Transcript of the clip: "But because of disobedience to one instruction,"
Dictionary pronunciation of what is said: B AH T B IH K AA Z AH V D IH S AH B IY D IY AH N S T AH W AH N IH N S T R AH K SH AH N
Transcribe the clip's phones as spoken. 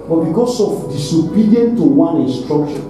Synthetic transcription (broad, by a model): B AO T B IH K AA S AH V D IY S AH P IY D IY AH N T AH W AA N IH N S T R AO K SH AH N